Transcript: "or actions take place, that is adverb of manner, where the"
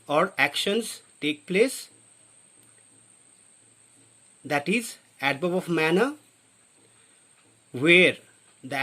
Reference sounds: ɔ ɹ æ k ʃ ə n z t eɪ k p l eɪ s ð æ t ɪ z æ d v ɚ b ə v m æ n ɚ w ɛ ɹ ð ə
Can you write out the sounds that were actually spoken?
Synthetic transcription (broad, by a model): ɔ ɹ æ k ʃ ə n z t eɪ k p l eɪ s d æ t ɪ z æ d b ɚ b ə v m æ n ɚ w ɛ ɹ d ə